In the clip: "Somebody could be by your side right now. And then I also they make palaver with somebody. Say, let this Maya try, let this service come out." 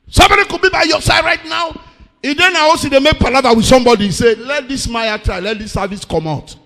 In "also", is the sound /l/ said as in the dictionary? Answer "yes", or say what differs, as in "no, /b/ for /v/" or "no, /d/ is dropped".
no, /l/ is dropped